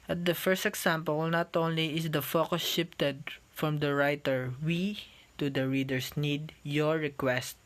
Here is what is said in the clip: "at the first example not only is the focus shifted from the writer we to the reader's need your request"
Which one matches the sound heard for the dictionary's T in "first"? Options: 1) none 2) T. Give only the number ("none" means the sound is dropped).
2